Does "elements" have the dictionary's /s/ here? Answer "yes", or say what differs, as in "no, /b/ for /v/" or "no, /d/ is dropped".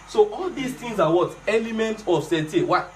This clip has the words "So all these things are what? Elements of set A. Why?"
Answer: no, /s/ is dropped